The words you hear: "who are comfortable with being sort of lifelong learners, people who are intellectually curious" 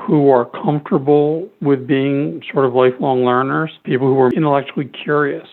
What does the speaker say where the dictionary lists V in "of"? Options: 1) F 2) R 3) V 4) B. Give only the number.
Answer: 3